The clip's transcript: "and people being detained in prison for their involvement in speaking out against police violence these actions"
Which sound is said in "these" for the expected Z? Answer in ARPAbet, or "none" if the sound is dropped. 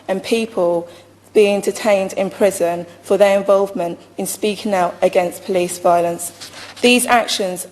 Z